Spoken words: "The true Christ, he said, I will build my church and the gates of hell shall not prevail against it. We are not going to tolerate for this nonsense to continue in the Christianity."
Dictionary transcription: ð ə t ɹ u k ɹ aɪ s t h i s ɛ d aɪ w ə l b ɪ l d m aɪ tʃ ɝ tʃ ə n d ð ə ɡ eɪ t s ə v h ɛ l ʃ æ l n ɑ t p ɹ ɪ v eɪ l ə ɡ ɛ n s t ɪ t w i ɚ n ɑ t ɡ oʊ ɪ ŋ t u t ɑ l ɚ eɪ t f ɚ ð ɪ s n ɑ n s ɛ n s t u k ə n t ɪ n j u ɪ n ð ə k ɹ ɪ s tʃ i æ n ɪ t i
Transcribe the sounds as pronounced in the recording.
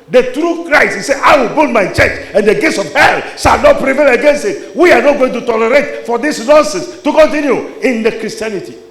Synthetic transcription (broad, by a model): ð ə t ɹ u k ɹ aɪ t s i s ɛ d aɪ w ə l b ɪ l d m aɪ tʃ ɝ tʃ ə n d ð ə ɡ eɪ t s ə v h ɛ l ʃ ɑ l n ɑ t p ɹ ɪ v eɪ l ə ɡ ɛ n s t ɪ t w i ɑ n ɑ t ɡ oʊ ɪ ŋ t u t ɑ l ɚ eɪ t f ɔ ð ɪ s n ɑ n s ɛ n s t u k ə n t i n j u ɪ n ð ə k ɹ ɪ s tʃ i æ n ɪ t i